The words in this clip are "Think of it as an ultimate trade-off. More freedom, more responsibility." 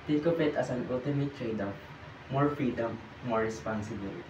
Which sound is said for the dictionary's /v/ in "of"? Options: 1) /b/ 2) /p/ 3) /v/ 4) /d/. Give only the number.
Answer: 2